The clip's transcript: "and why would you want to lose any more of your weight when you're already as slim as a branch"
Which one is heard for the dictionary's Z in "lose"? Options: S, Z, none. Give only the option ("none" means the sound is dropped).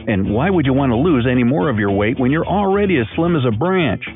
Z